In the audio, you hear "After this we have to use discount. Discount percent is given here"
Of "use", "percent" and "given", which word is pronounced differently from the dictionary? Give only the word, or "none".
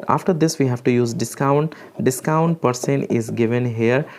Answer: percent